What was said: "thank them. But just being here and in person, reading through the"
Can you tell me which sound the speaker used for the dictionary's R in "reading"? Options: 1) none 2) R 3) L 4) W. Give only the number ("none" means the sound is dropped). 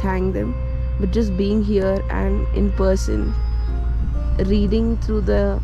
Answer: 2